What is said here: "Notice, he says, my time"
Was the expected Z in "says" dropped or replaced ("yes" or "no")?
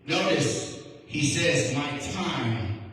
no